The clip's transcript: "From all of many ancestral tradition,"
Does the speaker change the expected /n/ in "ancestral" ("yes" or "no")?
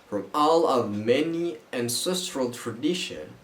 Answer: no